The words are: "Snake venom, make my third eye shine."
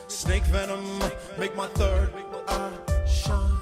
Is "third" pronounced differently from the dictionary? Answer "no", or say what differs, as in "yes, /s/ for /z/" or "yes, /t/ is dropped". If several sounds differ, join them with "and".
no